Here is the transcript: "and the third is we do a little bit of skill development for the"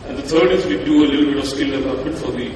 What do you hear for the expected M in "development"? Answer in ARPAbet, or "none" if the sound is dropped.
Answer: none